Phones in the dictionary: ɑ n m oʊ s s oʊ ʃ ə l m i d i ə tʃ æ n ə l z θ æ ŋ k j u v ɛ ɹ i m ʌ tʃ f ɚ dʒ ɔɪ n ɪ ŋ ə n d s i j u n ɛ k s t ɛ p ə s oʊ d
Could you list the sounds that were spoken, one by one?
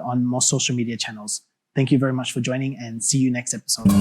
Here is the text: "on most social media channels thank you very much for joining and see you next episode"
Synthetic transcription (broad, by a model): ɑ n m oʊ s s oʊ ʃ l m i d i ə tʃ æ n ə l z θ æ ŋ k j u v ɛ ɹ i m ʌ tʃ f ɚ dʒ ɔɪ n ɪ ŋ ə n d s i j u n ɛ k s t ɛ p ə s oʊ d